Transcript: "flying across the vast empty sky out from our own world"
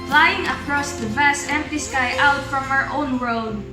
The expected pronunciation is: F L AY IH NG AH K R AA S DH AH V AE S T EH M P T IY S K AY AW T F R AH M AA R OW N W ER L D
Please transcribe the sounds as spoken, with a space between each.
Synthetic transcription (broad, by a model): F L AY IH NG AH K R AA S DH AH V AE S T EH M P T IY S K AY AW T F R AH M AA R OW N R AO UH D